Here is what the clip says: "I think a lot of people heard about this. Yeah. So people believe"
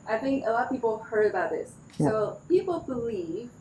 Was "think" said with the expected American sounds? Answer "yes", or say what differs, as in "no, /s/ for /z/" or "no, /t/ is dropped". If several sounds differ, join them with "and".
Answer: yes